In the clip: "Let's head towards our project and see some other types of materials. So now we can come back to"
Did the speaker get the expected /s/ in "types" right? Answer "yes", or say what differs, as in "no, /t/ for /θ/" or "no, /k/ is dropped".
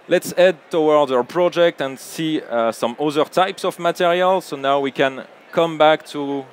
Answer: yes